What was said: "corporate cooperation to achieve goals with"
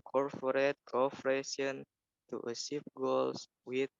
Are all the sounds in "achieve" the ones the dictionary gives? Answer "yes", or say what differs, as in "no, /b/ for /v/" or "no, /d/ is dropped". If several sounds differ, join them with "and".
no, /s/ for /tʃ/